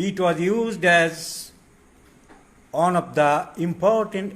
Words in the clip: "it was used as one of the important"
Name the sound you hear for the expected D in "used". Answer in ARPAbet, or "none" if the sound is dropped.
D